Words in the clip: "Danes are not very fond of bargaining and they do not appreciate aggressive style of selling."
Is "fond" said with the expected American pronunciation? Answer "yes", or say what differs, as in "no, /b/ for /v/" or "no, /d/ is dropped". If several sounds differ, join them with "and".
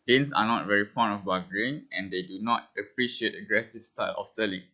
no, /d/ is dropped